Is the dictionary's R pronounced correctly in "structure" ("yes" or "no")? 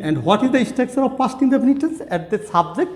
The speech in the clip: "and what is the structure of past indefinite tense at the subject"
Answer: no